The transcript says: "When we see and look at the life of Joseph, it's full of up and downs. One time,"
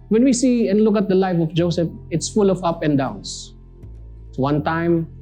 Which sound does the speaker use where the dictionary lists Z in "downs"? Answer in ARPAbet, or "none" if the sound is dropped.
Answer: S